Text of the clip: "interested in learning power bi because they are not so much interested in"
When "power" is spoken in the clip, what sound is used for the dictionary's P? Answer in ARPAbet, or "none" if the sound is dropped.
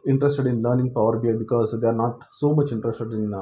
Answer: P